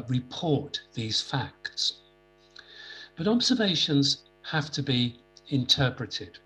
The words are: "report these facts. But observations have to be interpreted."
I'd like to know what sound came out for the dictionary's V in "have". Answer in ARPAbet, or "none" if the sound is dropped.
F